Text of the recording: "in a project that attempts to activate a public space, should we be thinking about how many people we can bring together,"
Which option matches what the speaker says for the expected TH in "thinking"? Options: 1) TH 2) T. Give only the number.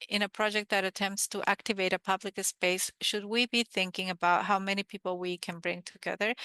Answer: 1